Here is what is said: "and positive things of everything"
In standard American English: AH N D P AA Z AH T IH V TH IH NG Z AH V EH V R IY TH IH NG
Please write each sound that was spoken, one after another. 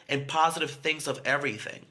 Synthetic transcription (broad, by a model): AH N P AA Z AH T IH V TH IH NG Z AH V EH V R IY TH IH NG